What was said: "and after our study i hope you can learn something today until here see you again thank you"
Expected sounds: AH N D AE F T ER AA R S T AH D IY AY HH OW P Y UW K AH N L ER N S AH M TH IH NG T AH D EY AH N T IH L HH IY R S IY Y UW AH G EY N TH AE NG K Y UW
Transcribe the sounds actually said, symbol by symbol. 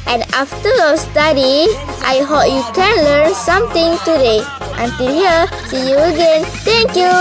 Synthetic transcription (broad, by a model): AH N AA F T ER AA S T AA D IY AY HH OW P Y UW K AH N L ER N S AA M T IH NG T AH D EY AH N T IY L HH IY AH S IY Y UW AH G EY N T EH NG K Y UW